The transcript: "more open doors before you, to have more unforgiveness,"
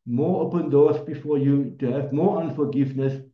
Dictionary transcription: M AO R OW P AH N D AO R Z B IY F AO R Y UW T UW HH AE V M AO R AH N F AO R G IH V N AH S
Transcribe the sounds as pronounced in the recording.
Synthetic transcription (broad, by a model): M AO R OW P AH N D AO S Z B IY F AO Y UW T UW HH AE V M AO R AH N F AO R G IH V N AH S